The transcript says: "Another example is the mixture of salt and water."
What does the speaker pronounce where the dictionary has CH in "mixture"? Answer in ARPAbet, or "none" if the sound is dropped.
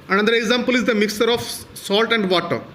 none